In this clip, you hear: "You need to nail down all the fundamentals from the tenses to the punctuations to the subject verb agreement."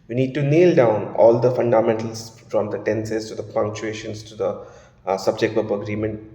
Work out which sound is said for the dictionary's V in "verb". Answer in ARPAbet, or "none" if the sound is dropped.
P